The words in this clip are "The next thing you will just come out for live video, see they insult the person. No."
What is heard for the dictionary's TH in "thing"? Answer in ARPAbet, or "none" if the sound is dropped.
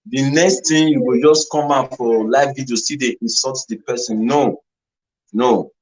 T